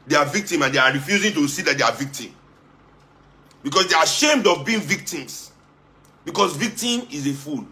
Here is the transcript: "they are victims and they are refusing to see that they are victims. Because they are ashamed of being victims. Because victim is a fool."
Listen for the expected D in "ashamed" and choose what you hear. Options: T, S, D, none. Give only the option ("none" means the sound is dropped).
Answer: D